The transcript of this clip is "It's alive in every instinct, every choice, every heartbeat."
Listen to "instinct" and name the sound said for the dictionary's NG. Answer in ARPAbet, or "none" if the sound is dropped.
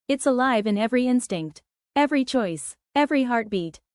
NG